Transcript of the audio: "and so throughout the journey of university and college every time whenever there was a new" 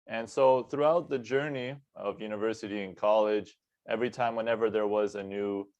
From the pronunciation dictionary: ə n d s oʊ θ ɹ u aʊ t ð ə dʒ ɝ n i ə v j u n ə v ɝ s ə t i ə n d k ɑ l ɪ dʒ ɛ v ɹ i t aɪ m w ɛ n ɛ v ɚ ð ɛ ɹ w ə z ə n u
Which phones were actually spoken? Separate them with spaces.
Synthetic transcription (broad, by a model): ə n s oʊ θ ɹ u aʊ t ð ə dʒ ɝ n i ə v j u n ə v ɝ s ə t i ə n k ɑ l ɪ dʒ ɛ v ɹ i t aɪ m w ɛ n ɛ v ɚ ð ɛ ɹ w ə z ə n u